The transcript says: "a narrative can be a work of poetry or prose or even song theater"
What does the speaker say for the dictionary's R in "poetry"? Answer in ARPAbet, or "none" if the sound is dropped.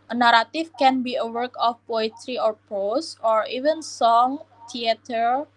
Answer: R